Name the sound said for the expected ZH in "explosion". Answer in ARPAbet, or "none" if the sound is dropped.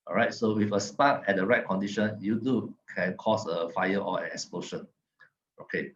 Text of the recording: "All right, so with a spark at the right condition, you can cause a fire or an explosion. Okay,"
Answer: SH